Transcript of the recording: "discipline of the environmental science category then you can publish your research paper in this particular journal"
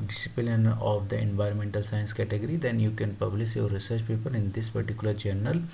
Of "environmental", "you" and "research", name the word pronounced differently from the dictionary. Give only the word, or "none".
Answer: none